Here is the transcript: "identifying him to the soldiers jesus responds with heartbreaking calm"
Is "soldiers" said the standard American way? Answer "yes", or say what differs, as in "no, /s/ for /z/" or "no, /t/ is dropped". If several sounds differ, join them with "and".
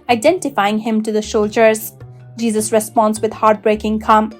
no, /ʃ/ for /s/